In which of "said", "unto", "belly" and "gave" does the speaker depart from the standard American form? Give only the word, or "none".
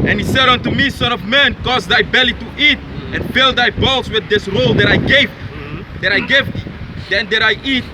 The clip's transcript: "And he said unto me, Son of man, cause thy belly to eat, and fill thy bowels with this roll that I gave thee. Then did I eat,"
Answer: none